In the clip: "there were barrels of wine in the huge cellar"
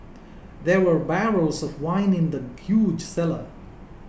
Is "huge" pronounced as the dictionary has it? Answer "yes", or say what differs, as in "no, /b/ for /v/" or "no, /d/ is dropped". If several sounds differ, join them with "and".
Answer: yes